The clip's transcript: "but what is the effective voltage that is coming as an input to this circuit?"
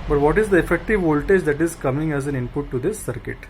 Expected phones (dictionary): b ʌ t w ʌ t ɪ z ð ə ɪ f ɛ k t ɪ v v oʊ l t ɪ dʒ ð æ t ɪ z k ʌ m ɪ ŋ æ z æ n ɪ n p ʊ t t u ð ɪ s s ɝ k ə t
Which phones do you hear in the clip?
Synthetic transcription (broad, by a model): b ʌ t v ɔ t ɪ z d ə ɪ f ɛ k t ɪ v v oʊ l t ɪ dʒ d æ t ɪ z k ʌ m ɪ ŋ æ z æ n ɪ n p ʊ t t u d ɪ s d k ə t